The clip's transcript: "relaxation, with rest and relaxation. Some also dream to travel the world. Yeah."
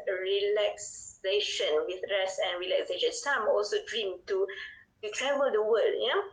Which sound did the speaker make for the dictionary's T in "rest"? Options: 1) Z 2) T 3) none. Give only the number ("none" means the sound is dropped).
3